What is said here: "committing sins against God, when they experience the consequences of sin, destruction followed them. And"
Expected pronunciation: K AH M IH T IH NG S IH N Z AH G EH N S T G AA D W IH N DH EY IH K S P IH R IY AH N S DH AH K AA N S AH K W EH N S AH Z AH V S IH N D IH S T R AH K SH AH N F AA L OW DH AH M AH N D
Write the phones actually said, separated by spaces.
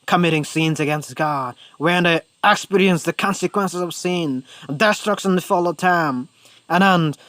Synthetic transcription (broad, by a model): K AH M IH T IH NG S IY N Z AH G EH N S T G AA D W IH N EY IH K S P IH R IY AH N S DH AH K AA N S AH K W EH N S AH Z AH V S IH N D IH S T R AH K S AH N F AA L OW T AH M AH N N